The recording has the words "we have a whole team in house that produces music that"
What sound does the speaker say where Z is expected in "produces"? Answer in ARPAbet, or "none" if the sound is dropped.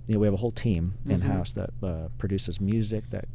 Z